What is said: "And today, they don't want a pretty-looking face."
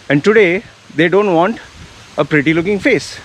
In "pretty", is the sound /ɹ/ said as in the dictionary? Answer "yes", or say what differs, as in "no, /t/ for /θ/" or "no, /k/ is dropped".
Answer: yes